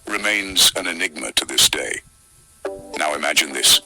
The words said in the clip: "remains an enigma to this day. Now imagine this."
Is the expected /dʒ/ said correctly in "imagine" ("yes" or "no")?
yes